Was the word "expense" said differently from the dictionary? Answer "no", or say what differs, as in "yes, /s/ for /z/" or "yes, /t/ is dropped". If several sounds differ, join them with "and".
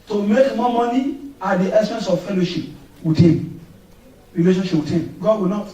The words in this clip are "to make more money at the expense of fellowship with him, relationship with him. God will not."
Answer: yes, /p/ is dropped